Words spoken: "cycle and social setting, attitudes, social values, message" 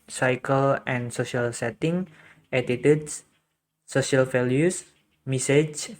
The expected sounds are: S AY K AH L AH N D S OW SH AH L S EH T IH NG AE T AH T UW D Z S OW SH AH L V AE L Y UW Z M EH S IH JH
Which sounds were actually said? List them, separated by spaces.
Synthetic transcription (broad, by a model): S AY K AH L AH N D S OW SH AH L S EH T IH NG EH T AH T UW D S OW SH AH L F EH L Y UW S M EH S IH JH